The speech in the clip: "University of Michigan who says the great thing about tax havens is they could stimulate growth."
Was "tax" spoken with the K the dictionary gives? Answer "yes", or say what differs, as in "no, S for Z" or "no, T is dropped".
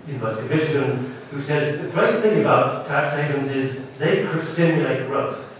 yes